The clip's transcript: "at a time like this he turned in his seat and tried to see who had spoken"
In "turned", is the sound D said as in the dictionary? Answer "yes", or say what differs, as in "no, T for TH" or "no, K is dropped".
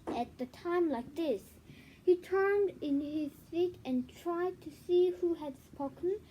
yes